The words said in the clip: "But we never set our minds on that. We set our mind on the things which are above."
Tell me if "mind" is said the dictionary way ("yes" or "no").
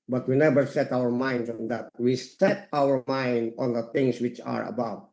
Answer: yes